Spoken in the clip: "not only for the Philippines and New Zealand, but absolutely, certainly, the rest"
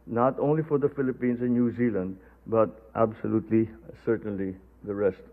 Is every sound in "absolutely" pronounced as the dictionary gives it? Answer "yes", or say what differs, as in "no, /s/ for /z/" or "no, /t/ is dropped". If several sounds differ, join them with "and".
yes